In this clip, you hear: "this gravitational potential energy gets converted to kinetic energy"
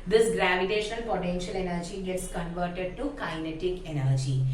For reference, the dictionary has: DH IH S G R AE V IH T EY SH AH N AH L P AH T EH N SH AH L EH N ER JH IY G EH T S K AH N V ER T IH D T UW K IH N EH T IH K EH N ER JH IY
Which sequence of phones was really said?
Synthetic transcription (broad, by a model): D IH S G R AE V IH T EY SH AH N AH L P AH T EH N SH AH L EH N ER JH IY G EH T S K AH N V ER T IH D T UW K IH N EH T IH K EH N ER JH IY